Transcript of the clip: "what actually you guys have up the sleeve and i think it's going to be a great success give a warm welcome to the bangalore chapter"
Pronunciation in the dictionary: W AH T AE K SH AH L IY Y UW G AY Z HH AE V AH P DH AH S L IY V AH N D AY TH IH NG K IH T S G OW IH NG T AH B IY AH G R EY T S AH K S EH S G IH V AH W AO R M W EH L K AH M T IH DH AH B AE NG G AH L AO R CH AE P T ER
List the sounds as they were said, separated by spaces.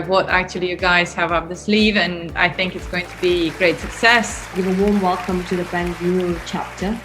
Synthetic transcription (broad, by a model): W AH T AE K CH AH L IY Y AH G AY Z HH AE V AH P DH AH S L IY V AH N AY TH IH NG K IH T S G OW IH NG T AH B IY G R EY T S AH K S EH S G IH V AH W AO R M W EH L K AH M T IH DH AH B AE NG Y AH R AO L CH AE P T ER